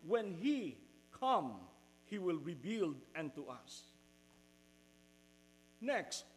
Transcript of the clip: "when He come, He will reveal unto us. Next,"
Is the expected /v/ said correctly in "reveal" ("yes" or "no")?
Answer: no